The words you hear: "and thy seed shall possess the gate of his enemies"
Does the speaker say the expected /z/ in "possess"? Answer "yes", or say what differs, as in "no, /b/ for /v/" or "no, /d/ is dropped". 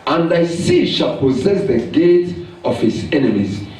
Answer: yes